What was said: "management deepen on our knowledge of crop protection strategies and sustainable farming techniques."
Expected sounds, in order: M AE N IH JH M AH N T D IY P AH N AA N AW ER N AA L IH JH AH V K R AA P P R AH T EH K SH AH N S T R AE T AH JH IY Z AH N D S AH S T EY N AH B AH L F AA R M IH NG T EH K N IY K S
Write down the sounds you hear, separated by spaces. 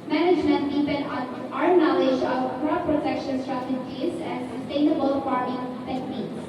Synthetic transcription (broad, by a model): M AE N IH JH M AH N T D IY P AH N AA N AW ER N AA L IH JH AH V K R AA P P R AH T EH K SH AH N S T R AE T AH JH IY Z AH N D S AH S T EY N AH B AH L P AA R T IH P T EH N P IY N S